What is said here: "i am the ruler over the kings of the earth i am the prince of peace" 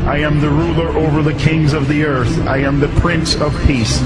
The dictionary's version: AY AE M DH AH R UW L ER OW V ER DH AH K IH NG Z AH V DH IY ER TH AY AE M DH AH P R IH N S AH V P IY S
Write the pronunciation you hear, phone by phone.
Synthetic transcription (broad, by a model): AY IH M DH AH R UW L ER OW V ER DH AH K IH NG Z AH V DH IY ER TH AY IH M DH AH P R IH N S AH V P IY S